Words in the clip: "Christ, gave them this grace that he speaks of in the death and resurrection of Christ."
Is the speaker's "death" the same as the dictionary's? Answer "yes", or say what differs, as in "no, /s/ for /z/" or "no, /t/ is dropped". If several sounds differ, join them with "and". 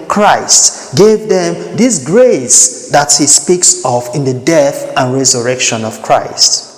yes